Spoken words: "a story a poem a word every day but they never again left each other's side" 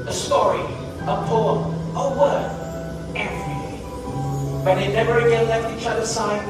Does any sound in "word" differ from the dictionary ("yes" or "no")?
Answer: yes